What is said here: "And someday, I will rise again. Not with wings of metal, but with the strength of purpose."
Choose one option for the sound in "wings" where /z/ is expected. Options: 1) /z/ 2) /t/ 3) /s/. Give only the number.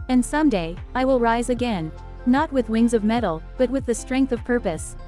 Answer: 1